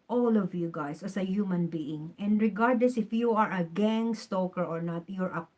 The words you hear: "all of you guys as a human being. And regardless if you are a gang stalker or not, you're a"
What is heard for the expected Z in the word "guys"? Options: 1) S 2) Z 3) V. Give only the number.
1